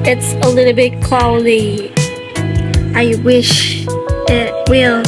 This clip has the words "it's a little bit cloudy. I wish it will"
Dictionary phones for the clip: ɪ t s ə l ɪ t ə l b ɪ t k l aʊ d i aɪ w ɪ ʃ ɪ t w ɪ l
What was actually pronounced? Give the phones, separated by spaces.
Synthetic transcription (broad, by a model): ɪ t s ə l ɪ t l b ɪ t k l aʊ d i aɪ w ɪ ʃ ɪ t w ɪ l